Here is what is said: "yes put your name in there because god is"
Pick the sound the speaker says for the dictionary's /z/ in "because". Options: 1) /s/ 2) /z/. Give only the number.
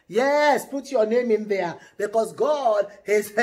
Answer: 1